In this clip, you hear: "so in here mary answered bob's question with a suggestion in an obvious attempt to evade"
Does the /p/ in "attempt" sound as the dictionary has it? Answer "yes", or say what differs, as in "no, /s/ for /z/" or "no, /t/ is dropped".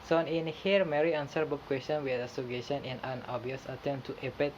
no, /p/ is dropped